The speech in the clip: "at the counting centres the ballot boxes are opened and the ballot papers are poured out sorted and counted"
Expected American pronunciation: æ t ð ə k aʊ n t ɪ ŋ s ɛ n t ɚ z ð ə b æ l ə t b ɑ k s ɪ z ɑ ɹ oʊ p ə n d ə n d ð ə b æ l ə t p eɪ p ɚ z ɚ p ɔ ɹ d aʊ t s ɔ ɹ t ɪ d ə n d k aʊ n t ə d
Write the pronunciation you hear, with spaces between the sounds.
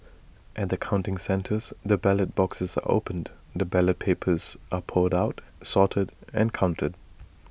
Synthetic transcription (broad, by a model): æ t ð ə k aʊ n t ɪ ŋ s ɛ n t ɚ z ð ə b æ l ə t b ɑ k s ɪ z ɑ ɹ oʊ ə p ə n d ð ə b æ l ə t p eɪ p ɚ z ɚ p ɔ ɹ d aʊ t s ɔ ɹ t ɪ d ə n k aʊ n t ə d